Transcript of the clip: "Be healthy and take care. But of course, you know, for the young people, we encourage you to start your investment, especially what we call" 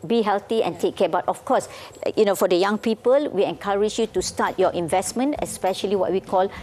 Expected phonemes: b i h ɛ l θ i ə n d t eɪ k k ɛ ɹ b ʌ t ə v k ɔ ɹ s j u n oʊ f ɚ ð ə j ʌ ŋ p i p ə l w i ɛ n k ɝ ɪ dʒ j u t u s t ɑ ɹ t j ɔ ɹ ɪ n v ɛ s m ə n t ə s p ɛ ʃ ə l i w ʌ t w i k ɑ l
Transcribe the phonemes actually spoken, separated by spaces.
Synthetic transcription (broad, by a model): b i h ɛ l t i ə n t eɪ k k ɛ b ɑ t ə f k ɔ s j u n oʊ f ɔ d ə j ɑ ŋ p i p ə l w i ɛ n k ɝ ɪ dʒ j u t u s t ɑ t j ɔ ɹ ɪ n v ɛ s m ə n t ə s p ɛ ʃ ə l i w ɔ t w i k ɑ l